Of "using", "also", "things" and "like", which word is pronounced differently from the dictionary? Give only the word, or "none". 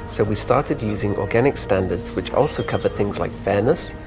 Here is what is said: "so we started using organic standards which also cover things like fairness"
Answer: none